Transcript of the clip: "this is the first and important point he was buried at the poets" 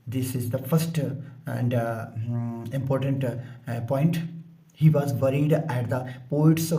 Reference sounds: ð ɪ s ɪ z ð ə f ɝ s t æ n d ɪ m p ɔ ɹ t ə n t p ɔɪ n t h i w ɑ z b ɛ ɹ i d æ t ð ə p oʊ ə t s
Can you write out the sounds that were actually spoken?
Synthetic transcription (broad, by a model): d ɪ s ɪ z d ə f ɝ s t æ n d ɪ m p ɔ ɹ t ə n t p ɔɪ n t h i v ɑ z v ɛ ɹ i d æ t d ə p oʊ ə t s